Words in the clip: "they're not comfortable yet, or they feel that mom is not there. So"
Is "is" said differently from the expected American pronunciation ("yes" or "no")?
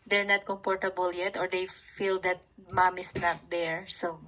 yes